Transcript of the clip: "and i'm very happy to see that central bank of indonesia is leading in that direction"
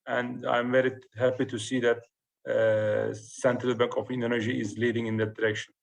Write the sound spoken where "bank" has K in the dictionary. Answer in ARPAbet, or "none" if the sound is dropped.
K